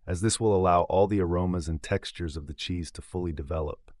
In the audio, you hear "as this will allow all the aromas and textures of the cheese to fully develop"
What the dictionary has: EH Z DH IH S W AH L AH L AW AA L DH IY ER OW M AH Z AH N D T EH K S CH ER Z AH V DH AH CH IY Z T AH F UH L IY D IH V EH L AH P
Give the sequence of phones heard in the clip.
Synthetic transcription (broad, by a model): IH Z DH IH S W AH L AH L AW AA L DH IY ER OW M AH Z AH N T EH K S CH ER Z AH V DH AH CH IY Z T AH F UH L IY D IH V EH L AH P